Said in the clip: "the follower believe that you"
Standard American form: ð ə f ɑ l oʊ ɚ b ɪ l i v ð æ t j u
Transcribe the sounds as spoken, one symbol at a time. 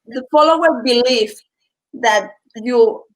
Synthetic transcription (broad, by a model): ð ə f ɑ l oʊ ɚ b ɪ l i f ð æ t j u